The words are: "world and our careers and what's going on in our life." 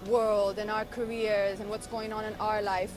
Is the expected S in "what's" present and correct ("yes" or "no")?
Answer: yes